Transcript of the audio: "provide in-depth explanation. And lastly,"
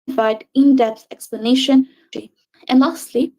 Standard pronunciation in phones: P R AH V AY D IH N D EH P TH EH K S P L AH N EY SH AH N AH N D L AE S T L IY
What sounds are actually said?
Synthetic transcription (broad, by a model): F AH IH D IH N D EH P S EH K S P L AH N EY SH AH N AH N L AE S T L IY